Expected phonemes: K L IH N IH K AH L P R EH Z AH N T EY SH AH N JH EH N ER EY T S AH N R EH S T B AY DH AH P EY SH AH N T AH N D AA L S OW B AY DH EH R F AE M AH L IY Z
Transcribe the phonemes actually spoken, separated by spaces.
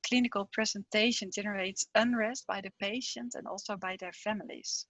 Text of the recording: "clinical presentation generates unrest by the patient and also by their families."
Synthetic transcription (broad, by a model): K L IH N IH K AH L P R EH Z AH N T EY SH AH N JH EH N ER EY T S AH N R EH S T B AY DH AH P EY SH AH N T AH N D AA L S OW B AY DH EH R F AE M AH L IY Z